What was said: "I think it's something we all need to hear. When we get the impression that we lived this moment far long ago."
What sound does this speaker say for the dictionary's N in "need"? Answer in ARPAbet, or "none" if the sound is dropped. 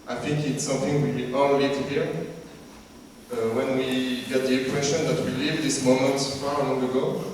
L